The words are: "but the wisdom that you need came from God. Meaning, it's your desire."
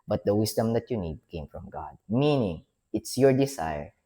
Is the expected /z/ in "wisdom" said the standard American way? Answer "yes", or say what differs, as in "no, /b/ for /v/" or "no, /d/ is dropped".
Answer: no, /s/ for /z/